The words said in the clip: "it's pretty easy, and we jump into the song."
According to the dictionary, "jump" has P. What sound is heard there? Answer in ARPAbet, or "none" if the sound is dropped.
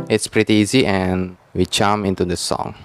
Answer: none